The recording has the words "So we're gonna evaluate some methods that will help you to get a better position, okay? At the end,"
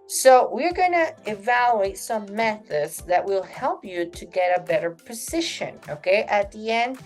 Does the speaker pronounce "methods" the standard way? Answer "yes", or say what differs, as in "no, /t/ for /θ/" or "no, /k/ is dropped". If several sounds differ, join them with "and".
yes